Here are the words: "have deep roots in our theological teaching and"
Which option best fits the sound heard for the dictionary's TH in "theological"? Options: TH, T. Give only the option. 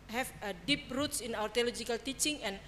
T